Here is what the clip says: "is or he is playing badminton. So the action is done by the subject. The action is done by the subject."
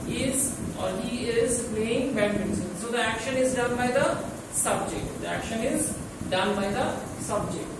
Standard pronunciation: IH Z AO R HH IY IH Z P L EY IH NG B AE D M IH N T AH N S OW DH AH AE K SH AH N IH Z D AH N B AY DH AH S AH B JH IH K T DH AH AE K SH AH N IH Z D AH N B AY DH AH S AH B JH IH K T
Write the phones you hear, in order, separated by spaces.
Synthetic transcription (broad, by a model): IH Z AO R HH IY IH Z P L EY IH NG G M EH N S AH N S OW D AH AE K SH AH N IH Z D AH N B AY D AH S AH B JH IH K T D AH AE K SH AH N IH Z D AH N B AY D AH S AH B JH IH K T